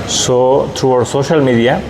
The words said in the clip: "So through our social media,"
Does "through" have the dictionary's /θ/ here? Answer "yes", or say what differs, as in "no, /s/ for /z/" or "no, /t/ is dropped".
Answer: no, /t/ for /θ/